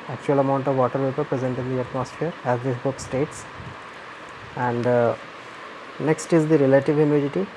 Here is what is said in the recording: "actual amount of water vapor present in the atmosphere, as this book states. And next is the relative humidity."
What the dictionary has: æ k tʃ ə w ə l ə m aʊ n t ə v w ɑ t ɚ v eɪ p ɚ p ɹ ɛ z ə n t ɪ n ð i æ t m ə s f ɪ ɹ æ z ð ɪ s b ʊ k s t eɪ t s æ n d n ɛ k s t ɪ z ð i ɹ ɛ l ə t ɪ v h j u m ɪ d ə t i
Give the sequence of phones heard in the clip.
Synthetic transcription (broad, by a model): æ k tʃ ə ə l ə m aʊ n t ə v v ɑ t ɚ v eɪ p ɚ p ɹ ɛ z ə n t ɪ n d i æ t m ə s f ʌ ɹ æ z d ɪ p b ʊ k s t eɪ t s æ n d n ɛ k s t ɪ z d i ɹ ɛ l ə t ɪ v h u m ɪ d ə t i